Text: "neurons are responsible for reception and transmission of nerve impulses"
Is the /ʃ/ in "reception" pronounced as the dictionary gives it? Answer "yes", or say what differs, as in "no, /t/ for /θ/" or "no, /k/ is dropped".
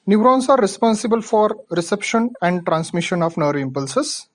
yes